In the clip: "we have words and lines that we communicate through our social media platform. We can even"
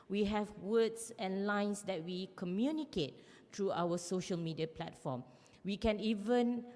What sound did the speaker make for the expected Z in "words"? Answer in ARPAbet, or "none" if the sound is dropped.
S